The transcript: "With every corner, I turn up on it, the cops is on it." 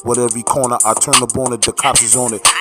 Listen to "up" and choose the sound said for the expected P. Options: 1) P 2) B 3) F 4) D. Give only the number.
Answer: 2